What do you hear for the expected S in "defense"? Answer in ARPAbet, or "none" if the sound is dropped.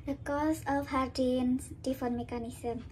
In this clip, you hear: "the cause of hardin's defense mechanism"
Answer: none